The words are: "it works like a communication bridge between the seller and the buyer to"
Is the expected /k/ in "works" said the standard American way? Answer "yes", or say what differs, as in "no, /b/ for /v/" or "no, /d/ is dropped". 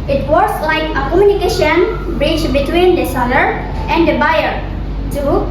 no, /k/ is dropped